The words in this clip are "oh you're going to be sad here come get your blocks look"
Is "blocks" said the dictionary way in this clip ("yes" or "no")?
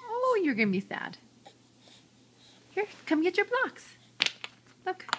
yes